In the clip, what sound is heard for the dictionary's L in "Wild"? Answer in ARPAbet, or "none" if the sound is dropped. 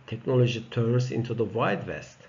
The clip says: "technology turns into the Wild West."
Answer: none